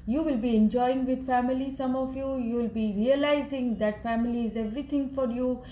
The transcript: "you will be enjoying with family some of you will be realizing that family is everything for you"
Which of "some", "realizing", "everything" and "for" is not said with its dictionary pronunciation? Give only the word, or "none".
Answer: everything